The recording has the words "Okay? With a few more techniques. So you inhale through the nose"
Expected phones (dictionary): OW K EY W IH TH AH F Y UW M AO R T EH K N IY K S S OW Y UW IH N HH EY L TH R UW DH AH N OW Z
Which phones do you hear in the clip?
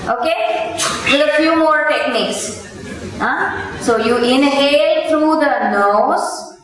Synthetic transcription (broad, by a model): OW K EY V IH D AH F Y UW M AO R T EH K N IY K S S OW Y UW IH N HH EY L T R UW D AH N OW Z